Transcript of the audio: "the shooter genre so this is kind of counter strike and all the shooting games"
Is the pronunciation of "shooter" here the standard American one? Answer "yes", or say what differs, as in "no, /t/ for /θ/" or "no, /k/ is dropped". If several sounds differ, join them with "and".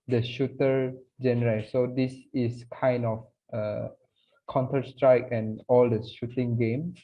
yes